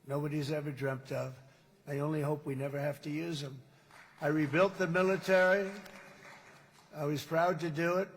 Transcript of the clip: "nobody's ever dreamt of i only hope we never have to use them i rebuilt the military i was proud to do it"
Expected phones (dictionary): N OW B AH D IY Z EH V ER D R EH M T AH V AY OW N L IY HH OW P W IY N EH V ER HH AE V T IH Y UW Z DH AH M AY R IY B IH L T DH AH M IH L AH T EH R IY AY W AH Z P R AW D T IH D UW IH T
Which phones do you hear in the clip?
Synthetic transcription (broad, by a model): N OW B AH D IY Z EH V ER D R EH M T AH V AY OW N L IY HH OW P W IY N EH V ER HH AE F T IH Y UW Z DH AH M AY R IY B IH L T DH AH M IH L AH T EH R IY AY W AH Z P R AW D T IH D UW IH T